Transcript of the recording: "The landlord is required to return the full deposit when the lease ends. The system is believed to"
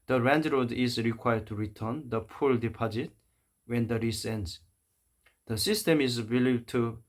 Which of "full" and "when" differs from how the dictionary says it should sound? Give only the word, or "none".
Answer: full